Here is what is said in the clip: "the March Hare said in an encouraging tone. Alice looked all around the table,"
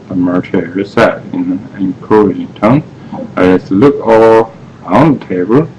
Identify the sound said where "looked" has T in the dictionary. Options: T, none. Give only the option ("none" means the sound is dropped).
none